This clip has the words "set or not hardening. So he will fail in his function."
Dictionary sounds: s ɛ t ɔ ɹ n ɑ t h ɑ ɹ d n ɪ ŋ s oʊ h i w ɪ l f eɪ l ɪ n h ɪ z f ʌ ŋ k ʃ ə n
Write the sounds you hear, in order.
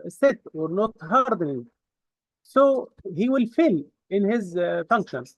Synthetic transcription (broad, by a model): s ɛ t ɔ ɹ n ɑ t h ɑ ɹ d n ɪ ŋ s oʊ h i w ɪ l f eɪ l ɪ n h ɪ z f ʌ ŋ k ʃ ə n